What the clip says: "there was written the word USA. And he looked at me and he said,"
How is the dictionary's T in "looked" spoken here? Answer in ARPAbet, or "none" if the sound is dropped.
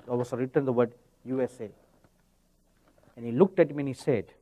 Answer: T